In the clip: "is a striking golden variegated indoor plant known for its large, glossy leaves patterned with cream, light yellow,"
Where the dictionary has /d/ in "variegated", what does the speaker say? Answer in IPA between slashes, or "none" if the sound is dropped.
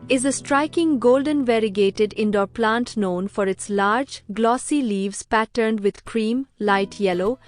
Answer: /d/